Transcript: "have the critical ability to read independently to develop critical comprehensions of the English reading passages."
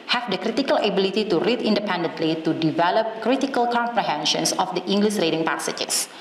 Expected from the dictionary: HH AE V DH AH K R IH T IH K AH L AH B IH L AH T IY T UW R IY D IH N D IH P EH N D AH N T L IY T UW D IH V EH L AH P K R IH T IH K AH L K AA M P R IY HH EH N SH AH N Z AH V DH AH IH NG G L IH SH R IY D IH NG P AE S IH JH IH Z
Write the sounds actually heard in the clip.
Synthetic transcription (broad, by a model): HH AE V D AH K R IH T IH K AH L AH B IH L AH T IY T UW R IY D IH N D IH P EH N D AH N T L IY T UW D IH V EH L AH P K R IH T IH K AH L K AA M P R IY HH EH N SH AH N S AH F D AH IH NG G L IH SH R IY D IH NG P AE S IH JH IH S